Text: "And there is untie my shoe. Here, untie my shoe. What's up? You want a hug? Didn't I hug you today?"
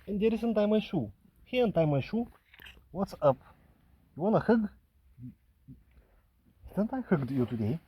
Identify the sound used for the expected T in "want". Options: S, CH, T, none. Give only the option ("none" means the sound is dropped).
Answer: none